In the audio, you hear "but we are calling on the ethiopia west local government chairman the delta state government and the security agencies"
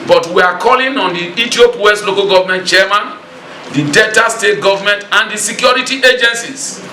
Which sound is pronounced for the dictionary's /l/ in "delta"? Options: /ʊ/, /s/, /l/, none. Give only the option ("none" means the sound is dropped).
none